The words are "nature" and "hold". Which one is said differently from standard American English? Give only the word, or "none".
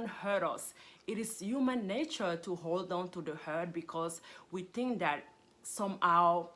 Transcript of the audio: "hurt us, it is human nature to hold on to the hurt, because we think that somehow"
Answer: none